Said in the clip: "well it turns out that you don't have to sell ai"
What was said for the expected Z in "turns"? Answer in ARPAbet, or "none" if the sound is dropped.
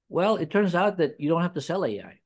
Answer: Z